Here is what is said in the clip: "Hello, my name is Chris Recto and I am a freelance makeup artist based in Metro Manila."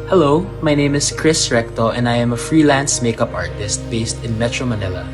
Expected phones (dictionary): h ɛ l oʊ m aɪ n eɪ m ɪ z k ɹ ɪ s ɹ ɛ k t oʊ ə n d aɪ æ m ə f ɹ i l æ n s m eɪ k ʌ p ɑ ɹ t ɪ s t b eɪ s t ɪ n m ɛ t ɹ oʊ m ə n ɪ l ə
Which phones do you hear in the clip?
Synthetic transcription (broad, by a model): h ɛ l oʊ m aɪ n eɪ m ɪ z k ɹ ɪ s ɹ ɛ k t oʊ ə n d aɪ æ m ə f ɹ i l æ n s m eɪ k ʌ p ɑ ɹ t ɪ s t b eɪ s t ɪ n m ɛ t ɹ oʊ m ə n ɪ l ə